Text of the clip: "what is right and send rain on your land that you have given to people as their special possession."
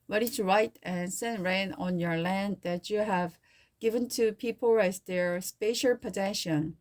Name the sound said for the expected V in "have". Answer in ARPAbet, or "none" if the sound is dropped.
V